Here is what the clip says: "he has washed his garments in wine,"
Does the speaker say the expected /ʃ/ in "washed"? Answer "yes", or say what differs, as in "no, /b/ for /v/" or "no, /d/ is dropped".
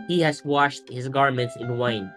yes